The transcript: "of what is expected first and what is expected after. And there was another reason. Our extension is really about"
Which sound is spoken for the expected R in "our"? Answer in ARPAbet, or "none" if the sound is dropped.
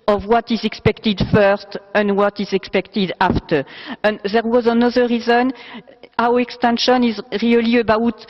W